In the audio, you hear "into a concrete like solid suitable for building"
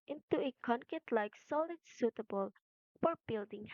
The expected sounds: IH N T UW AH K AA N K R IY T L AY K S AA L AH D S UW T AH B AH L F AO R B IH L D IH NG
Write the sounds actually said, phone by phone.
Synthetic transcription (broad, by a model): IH N T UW AH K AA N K IY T L AY K S AA L AH D S UW T AH B AH L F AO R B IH L D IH NG